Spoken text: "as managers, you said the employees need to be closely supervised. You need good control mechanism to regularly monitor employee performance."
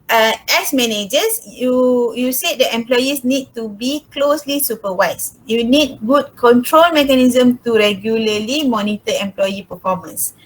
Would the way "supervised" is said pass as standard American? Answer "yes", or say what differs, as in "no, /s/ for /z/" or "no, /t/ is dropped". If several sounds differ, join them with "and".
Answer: no, /w/ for /v/